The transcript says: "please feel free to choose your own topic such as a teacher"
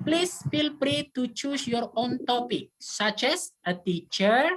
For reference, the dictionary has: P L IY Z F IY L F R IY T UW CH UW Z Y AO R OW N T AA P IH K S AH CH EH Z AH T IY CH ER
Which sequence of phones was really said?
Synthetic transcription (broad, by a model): P L IY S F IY L P R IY T UW CH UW S Y AO R OW N T AA P IH K S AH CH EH S AH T IY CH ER